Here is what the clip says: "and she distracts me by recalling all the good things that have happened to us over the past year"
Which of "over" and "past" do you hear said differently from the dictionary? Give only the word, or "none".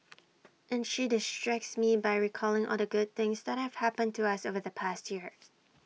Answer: none